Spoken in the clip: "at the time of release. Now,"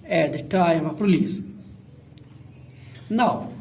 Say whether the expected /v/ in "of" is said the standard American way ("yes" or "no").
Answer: no